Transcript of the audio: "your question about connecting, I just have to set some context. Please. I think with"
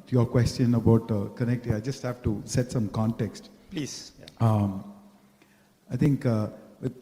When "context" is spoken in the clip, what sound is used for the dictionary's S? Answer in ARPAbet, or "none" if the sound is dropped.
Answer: S